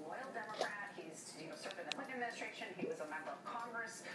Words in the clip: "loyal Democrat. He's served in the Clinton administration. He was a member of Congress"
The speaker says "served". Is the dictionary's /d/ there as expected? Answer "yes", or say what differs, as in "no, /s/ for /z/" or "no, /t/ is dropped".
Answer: no, /d/ is dropped